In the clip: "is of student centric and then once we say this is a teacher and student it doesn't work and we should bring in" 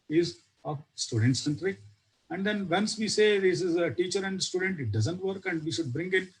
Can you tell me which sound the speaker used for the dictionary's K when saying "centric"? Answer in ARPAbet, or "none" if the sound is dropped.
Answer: none